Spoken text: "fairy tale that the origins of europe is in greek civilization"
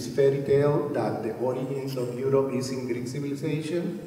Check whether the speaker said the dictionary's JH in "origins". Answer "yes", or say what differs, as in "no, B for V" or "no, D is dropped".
no, JH is dropped